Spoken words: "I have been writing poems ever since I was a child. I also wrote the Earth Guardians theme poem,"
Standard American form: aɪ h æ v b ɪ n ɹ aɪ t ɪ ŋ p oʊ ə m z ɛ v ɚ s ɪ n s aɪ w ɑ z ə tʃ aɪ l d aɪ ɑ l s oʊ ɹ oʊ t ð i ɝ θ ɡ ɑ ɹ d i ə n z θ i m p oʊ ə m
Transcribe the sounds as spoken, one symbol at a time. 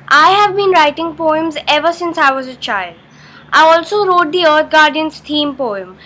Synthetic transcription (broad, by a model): aɪ h æ v b ɪ n ɹ aɪ t ɪ ŋ p oʊ ə m z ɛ v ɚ s ɪ n s aɪ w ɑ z ə tʃ aɪ l d aɪ ɑ l s oʊ ɹ oʊ t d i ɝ t ɡ ɑ ɹ d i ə n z t i m p oʊ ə m